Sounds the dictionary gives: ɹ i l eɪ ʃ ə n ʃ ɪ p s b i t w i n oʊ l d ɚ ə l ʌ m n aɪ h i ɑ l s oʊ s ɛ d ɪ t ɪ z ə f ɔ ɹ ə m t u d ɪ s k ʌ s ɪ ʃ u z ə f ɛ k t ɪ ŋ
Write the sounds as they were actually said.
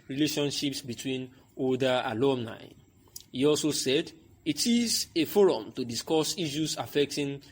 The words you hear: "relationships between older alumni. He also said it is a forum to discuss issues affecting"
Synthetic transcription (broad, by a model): ɹ i l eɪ ʃ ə n ʃ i p s b i t w i n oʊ d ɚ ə l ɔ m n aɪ h i ɑ l s oʊ s ɛ d ɪ t ɪ z ə f ɔ ɹ ə m t u d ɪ s k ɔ s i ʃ u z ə f ɛ k t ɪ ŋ